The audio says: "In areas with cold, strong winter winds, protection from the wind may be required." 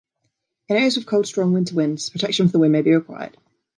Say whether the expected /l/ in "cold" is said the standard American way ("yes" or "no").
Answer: yes